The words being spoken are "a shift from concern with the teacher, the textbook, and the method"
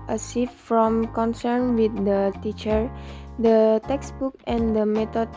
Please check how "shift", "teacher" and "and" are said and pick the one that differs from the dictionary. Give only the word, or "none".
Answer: shift